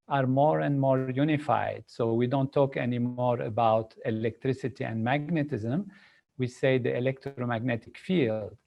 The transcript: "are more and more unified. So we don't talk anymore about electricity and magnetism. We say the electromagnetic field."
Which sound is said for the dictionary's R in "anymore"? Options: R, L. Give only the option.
R